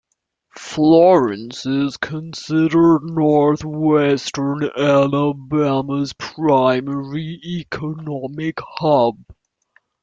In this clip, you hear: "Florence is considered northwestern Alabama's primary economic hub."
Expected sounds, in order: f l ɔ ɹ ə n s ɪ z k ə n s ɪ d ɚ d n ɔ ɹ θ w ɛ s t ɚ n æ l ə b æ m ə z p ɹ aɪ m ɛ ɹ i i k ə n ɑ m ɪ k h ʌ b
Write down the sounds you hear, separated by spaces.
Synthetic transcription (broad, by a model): f l ɔ ɹ ə n s ɪ z k ə n s ɪ d ɚ d n ɔ ɹ θ w ɛ s t ɚ n æ l ə b æ m ə z p ɹ aɪ m ɛ ɹ i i k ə n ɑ m ɪ k h ʌ b